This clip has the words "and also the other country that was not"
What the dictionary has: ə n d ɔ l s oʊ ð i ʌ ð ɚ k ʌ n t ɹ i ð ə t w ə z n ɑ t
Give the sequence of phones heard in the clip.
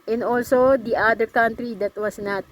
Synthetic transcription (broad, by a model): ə n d ɔ l s oʊ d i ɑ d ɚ k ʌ n t ɹ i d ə t w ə s n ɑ t